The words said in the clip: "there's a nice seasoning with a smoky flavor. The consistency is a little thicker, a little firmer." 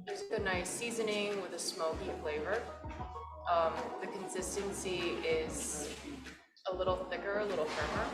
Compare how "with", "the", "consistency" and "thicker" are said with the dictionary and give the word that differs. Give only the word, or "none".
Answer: none